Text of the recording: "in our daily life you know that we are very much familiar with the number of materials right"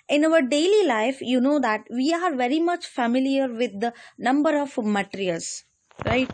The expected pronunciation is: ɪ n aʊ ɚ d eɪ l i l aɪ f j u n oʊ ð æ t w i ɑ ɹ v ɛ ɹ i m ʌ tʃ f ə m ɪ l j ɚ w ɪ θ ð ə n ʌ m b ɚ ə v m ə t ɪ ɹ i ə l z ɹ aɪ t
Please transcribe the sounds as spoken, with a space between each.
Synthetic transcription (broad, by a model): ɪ n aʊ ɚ d eɪ l i l aɪ f j u n oʊ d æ t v i ɑ ɹ v ɛ ɹ i m ʌ tʃ f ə m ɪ l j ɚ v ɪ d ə n ʌ m b ɚ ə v m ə t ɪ ɹ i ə l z ɹ aɪ t